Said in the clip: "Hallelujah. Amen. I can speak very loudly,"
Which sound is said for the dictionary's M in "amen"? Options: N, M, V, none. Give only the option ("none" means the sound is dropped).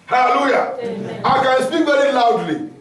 none